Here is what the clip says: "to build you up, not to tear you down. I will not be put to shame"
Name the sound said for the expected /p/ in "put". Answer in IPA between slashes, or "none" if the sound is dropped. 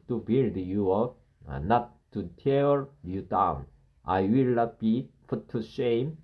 /f/